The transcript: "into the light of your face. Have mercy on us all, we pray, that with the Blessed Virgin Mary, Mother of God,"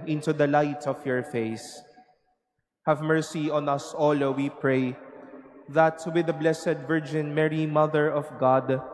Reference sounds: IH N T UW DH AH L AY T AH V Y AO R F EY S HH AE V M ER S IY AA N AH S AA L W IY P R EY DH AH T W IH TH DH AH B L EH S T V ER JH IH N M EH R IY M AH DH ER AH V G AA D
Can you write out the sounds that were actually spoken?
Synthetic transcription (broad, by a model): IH N T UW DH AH L AY T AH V Y AO R F EY S HH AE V M ER S IY AA N AH S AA L W IY P R EY DH AH T W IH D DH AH B L EH S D V ER JH IH N M EH R IY M AH DH ER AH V G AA D